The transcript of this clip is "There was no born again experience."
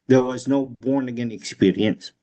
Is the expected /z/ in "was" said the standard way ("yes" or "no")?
yes